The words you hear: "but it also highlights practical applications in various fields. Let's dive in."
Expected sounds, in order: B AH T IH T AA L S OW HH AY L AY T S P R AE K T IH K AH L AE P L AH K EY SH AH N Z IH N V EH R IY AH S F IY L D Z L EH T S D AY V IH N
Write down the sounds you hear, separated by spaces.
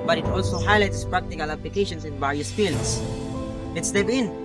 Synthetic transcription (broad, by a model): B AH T IH T AA L S OW HH AY L AY T S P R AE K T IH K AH L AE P L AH K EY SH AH N S IH N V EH R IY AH S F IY L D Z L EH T S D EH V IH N